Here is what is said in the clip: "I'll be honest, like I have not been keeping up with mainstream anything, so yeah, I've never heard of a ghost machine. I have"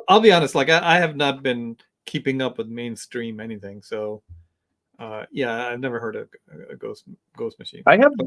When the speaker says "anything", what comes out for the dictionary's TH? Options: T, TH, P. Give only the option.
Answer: TH